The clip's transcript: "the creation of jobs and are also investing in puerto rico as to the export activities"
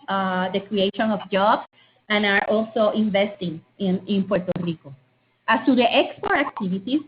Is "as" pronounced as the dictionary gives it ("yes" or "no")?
no